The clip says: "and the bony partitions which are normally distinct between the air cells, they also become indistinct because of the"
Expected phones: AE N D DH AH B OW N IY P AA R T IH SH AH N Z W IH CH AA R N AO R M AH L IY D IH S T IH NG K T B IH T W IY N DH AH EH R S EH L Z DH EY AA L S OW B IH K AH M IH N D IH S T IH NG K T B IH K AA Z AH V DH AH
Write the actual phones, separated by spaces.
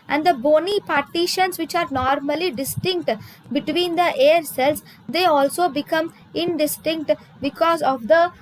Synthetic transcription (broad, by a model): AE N D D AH B OW N IY P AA R T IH SH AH N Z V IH CH AA R N AO R M AH L IY D IH S T IH NG K T B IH T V IY N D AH EH R S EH L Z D EY AA L S OW B IH K AH M IH N D IH S T IH NG K T B IH K AA Z AH V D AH